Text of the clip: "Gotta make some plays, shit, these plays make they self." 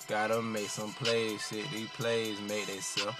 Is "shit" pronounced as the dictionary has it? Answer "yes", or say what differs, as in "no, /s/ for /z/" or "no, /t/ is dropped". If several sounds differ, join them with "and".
no, /s/ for /ʃ/